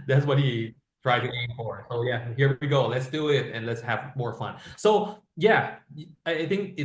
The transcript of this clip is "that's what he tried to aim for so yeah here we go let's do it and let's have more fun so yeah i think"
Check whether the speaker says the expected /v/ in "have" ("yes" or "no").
yes